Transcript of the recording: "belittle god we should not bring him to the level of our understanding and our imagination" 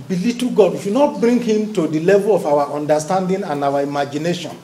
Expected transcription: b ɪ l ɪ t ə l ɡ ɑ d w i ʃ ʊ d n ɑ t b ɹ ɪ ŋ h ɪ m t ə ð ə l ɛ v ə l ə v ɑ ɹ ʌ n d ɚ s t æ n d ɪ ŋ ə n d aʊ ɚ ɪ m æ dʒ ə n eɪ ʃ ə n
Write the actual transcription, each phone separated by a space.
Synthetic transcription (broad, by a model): b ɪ l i t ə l ɡ ɑ d w i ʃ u n ɑ t b ɹ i ŋ h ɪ m t ə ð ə l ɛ v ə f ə w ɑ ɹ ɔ n d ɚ s t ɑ n d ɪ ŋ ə n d aʊ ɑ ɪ m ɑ dʒ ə n eɪ ʃ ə n